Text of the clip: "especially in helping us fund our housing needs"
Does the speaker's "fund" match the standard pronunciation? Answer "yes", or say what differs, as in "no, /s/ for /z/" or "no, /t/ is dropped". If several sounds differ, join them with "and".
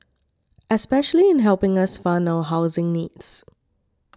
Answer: no, /d/ is dropped